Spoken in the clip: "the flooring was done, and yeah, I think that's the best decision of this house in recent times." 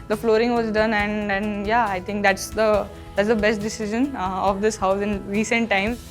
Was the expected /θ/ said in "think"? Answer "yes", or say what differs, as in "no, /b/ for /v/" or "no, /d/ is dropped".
no, /t/ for /θ/